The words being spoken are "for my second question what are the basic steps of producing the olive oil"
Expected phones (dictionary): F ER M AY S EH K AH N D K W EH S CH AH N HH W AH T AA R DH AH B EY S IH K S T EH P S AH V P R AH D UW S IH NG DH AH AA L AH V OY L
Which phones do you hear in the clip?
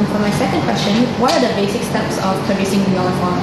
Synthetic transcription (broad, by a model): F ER M AY S EH K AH N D K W EH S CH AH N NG W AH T AA R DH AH B EY S IH K S T EH P S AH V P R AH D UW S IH NG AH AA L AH F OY